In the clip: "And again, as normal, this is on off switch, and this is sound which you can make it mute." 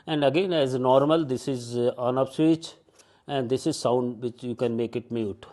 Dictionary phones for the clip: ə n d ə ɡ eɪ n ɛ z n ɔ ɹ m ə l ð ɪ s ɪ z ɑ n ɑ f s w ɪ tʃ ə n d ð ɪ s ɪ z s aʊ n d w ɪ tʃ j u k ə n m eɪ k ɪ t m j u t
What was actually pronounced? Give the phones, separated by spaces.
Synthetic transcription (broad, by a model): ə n d ə ɡ eɪ n ɛ z n ɔ ɹ m ə l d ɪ s ɪ z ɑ n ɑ p s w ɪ tʃ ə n d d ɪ s ɪ z s aʊ n d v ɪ tʃ j u k ə n m eɪ k ɪ t m j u t